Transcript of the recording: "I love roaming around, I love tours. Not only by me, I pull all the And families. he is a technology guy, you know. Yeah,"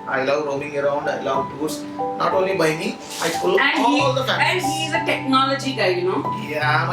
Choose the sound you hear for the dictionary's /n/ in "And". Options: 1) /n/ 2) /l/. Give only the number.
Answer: 2